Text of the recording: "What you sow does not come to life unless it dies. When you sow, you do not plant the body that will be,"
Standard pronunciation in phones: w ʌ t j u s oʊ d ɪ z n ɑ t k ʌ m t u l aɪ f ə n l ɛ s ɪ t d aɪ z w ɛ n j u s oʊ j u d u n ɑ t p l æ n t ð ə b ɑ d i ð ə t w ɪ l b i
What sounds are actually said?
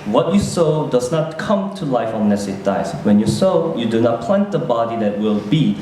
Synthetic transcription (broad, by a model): w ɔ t j u s oʊ d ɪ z n ɑ t k ʌ m t u l aɪ f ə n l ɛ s ɪ t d aɪ s w ɛ n j u s oʊ j u d u n ɑ t p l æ n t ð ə b ɑ d i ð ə t w ɪ l b i